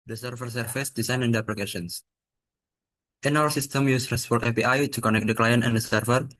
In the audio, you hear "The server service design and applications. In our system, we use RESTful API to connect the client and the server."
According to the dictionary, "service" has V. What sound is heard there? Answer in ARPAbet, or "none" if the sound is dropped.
F